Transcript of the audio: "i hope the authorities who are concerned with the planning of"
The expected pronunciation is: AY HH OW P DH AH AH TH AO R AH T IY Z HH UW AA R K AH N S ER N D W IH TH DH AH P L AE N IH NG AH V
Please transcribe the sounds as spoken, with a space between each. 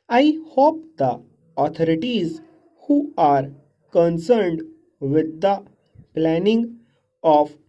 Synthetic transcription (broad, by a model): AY HH OW P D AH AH T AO R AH T IY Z HH UW AA R K AH N S ER N D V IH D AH P L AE N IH NG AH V